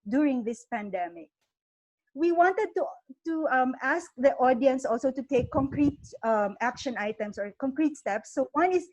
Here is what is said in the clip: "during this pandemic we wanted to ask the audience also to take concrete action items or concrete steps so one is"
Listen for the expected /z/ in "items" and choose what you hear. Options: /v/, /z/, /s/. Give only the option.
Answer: /s/